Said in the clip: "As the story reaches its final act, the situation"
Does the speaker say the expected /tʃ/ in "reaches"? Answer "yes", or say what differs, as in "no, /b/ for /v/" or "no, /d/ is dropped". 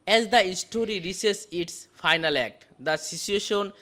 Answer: no, /s/ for /tʃ/